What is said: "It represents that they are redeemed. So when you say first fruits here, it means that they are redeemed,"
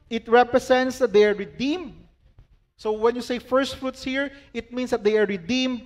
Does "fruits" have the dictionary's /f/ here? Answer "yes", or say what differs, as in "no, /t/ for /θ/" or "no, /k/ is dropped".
yes